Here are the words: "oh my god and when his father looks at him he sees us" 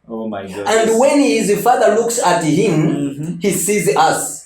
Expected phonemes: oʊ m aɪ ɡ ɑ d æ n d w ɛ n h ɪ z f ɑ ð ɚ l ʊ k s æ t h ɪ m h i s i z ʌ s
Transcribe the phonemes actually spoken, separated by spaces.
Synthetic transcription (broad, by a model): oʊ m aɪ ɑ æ n d w ɛ n h ɪ z f ɑ ð ɚ l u k s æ t h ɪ m h i s i z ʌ s